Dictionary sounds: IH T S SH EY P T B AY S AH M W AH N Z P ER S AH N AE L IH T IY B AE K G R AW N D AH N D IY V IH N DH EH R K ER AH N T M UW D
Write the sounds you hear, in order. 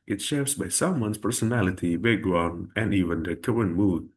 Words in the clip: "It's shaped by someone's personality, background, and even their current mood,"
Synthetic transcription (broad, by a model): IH T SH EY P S B AY S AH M W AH N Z P ER S AH N AE L IH T IY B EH G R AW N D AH N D IY V IH N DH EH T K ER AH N M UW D